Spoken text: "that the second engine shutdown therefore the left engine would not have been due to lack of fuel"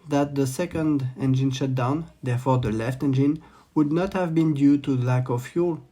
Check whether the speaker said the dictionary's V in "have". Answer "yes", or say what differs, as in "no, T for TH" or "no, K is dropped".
yes